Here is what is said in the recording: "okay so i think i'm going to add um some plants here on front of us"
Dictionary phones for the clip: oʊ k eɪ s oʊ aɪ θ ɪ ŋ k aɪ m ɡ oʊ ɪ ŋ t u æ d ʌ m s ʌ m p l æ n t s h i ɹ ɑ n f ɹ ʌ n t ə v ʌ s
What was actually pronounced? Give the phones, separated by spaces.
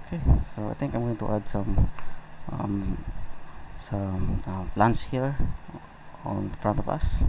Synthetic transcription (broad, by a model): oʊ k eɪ s oʊ aɪ t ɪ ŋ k aɪ m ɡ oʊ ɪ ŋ t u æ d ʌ m s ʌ m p l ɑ n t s h i ɹ ɑ n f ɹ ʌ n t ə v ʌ s